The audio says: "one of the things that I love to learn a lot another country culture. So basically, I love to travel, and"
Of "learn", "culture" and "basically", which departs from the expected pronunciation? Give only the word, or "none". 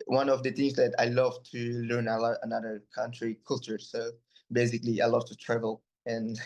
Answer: none